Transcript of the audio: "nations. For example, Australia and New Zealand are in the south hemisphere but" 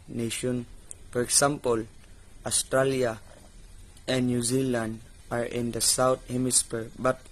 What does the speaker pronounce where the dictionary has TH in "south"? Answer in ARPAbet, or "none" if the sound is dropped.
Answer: T